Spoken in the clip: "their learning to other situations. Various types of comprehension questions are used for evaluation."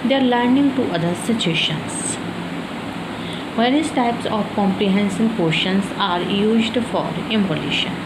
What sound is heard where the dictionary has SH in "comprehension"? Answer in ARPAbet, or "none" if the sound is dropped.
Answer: S